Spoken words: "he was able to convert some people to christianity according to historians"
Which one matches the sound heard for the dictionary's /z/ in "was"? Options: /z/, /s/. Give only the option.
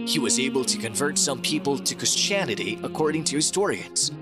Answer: /z/